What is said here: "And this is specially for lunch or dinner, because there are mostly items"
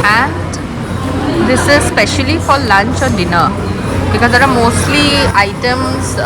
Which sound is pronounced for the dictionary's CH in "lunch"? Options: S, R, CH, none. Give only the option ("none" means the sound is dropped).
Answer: CH